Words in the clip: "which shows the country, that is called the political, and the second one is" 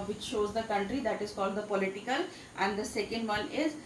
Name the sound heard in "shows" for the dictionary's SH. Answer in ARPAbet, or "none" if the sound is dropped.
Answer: SH